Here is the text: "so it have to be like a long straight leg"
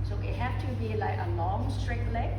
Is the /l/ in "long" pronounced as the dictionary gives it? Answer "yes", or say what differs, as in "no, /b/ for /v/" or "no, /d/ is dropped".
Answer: no, /n/ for /l/